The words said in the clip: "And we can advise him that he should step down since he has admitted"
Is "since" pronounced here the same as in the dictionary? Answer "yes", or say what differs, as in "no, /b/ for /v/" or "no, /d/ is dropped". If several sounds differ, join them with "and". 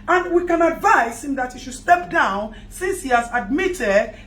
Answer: yes